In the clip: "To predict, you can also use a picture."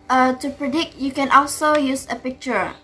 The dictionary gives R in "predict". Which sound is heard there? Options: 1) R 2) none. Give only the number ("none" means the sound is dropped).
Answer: 1